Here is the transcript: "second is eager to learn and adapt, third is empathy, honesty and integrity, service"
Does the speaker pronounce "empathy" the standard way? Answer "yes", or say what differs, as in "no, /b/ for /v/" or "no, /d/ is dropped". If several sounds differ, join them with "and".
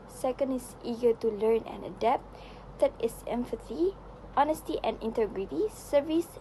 no, /f/ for /p/